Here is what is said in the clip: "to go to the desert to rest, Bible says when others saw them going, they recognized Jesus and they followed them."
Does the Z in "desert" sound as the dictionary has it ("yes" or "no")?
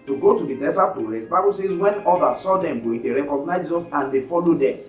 no